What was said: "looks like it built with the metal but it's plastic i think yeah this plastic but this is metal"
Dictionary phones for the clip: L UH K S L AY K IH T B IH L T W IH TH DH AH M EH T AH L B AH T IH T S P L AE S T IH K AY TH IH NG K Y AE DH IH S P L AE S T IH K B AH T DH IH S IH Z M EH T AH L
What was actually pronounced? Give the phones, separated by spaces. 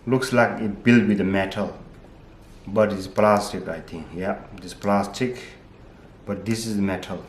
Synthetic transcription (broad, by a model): L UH K S L AY K IH T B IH L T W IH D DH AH M EH T AH L B AH T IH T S P L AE S T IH K AY T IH NG K Y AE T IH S P L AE S T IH K B AH T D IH S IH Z M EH T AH L